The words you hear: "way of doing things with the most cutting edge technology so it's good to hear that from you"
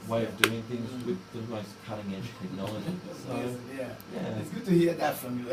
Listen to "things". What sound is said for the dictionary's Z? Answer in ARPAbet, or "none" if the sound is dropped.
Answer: Z